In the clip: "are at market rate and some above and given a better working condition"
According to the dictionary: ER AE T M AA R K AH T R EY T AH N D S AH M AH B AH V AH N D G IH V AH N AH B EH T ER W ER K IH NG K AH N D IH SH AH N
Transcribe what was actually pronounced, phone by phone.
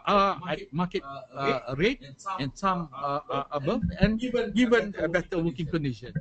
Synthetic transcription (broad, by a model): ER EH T M AA K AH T R EY T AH N S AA M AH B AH AH N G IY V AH N AH B EH T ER W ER K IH NG K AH N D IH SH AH N